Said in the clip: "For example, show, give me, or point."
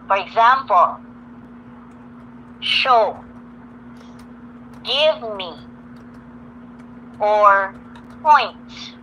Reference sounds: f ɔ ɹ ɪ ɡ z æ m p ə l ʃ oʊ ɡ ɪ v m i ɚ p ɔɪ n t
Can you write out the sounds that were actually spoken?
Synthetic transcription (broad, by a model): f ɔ ɹ ɪ ɡ z æ m p ə l ʃ oʊ ɡ ɪ v m i ɚ p ɔɪ n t